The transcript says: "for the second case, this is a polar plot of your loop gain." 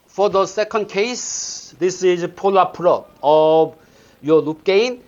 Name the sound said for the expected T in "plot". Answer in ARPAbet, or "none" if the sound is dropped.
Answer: none